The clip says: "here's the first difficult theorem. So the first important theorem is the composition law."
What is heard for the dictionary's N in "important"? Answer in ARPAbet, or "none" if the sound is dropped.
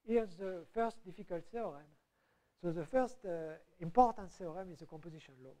N